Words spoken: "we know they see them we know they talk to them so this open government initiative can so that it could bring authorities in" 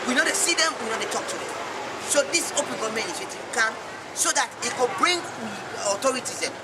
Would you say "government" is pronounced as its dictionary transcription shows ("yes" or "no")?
no